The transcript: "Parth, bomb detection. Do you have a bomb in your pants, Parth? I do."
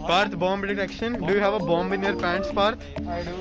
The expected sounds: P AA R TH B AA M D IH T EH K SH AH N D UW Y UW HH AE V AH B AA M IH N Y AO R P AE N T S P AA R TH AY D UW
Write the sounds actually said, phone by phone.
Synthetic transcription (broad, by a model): P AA R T B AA M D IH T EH K SH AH N D UW Y UW HH AE V AH B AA M IH N Y AO R P AE N T S P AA R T